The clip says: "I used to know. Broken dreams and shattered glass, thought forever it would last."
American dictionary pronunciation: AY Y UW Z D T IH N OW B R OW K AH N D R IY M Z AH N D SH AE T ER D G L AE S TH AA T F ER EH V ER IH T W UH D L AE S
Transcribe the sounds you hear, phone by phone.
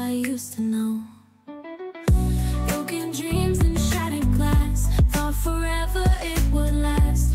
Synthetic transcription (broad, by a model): AY Y UW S T IH N OW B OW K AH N D R IY M Z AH N SH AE T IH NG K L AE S F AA F ER EH V ER IH T W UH D L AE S